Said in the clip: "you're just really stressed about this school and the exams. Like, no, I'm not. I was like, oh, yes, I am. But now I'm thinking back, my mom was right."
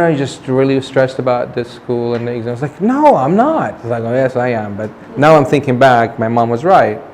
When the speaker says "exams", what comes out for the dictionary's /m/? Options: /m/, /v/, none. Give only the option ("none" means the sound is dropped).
none